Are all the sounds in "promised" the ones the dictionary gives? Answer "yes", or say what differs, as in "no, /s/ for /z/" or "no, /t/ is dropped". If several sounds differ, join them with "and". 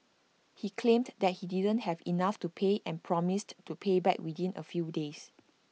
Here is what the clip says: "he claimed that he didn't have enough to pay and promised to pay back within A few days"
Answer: yes